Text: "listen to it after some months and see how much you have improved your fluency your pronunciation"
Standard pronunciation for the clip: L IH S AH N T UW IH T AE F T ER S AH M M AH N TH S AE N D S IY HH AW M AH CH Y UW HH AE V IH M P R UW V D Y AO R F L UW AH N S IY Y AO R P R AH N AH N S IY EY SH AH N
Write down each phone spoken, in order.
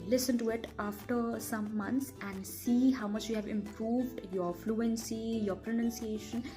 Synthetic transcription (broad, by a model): L IH S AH N T UW IH T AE F T ER S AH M M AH N T S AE N D S IY HH AW M AH CH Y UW HH AE V IH M P R UW V D Y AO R F L UW AH N S IY Y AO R P R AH N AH N S IY EY SH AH N